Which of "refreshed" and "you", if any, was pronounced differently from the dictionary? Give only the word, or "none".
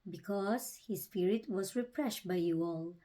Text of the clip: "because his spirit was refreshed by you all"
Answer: refreshed